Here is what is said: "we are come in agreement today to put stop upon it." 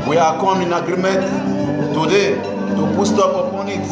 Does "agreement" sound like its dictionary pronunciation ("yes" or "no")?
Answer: no